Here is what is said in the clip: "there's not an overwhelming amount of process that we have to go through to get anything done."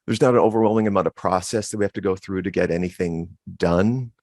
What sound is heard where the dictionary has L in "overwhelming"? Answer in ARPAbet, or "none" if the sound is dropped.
L